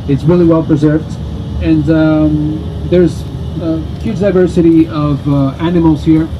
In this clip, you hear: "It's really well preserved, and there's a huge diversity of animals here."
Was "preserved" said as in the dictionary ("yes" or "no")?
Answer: yes